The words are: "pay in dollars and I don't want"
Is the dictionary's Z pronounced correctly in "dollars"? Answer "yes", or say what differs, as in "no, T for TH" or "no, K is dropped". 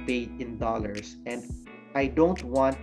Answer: no, S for Z